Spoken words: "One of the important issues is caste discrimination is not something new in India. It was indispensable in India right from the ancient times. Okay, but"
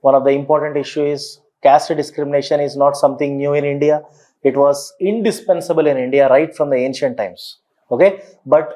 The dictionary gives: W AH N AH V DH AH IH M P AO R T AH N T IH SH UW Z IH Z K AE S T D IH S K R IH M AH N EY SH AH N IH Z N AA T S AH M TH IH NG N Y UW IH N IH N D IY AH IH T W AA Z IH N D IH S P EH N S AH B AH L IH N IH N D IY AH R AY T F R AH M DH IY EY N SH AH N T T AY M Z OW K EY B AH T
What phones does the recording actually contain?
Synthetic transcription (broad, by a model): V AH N AH V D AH IH M P AO R T AH N T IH SH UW IH Z K AE S T D IH S K R IH M AH N EY SH AH N IH Z N AA T S AH M T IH NG N Y UW IH N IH N D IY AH IH T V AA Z IH N D IH S P EH N S AH B AH L IH N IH N D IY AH R AY T F R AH M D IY EY N SH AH N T T AY M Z OW K EY B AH T